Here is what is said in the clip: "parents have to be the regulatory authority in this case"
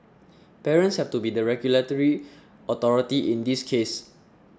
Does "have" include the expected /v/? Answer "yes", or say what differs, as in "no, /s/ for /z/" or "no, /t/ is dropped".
no, /f/ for /v/